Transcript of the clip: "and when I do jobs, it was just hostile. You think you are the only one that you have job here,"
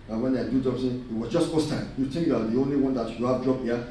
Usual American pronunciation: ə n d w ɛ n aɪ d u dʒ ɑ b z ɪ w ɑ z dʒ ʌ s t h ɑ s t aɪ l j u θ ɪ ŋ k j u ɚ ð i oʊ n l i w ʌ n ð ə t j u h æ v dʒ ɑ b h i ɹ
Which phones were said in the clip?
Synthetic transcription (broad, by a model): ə w ɛ n aɪ d u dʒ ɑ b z ɪ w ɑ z dʒ ʌ s t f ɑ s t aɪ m j u t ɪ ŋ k j u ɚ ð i oʊ n l i w ʌ n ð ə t j u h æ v dʒ ɑ b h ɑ